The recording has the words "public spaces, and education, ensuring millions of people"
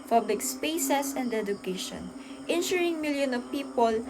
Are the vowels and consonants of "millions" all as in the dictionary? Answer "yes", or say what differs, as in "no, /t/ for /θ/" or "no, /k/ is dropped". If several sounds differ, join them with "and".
no, /z/ is dropped